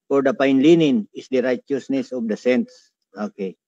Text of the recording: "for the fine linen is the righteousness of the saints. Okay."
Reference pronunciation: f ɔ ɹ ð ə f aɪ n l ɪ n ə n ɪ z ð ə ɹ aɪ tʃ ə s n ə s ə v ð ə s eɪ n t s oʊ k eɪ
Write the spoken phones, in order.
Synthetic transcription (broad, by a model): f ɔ ɹ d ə p aɪ n l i n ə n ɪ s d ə ɹ aɪ tʃ ə s n ə s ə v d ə s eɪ n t s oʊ k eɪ